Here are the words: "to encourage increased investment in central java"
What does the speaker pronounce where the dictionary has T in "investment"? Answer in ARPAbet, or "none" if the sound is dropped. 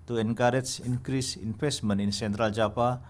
none